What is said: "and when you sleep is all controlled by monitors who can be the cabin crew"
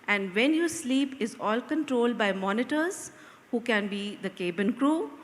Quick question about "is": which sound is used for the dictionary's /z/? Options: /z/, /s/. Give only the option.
/z/